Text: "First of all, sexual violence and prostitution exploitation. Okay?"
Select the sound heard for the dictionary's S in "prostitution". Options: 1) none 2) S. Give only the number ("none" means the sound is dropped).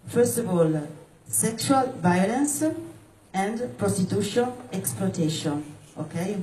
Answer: 2